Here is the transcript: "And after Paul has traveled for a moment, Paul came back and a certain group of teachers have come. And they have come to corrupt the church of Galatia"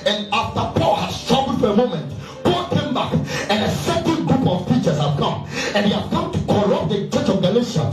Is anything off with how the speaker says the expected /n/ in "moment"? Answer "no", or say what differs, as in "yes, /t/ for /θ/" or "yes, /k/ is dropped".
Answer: no